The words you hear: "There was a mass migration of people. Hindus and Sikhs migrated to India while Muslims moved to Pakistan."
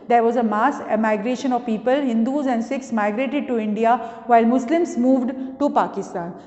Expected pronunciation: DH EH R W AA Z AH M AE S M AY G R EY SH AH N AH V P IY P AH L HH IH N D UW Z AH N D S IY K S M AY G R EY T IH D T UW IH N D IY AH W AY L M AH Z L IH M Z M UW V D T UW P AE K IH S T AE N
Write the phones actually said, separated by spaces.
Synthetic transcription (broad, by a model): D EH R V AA Z AH M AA S M AY G R EY SH AH N AH V P IY P AH L HH IH N D UW Z AH N D S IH K S M AY G R EY T IH D T UW IH N D IY AH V AY L M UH S L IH M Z M UW V D T UW P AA K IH S T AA N